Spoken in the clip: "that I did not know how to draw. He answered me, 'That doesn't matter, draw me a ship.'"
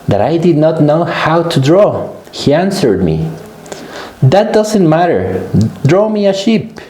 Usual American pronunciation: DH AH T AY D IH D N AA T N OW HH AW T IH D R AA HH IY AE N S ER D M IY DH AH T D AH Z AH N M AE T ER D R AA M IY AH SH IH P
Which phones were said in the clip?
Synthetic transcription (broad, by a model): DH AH T AY D IH D N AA T N OW HH AW T IH D R AA HH IY AE N S ER D M IY DH AH T D AH Z AH N M AE T ER D R AA M IY AH SH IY P